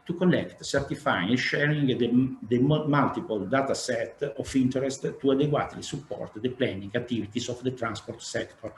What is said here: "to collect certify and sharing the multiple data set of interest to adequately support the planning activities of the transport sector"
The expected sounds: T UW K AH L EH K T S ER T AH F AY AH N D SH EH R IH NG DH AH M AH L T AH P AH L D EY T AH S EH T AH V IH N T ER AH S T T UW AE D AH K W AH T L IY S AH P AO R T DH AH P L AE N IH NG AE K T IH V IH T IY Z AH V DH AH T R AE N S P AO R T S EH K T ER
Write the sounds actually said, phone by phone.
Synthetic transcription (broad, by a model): T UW K AH L EH K T S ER T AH F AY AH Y SH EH R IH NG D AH M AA L T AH P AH L D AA T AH S EH T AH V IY N T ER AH S T T UW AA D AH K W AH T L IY S AH P AO R T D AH P L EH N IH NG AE T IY V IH T IY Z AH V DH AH T R AE N S P AO R T S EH K T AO